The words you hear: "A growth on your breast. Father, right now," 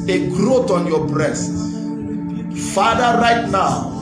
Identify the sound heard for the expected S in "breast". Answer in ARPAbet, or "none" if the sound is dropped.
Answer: S